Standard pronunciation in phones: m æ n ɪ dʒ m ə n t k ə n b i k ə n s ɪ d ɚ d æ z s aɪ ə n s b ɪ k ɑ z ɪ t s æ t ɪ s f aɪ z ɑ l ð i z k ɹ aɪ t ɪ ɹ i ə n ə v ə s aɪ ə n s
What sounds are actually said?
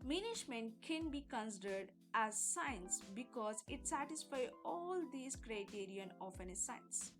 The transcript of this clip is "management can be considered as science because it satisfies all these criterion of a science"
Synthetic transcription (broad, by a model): m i n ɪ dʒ m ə n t k ə n b i k ə n s ɪ d ɚ d æ z s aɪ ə n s b ɪ k ɑ z ɪ t s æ t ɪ s f aɪ ɑ l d i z k ɹ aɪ t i ɹ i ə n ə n ə s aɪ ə n s